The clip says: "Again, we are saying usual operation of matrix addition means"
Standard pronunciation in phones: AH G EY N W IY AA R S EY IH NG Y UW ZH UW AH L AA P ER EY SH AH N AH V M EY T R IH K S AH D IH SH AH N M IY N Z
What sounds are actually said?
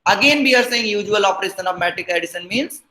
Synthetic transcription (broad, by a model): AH G EY N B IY AA R S EY IH NG Y UW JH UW AH L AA P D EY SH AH N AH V M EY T IH K AH D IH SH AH N M IY N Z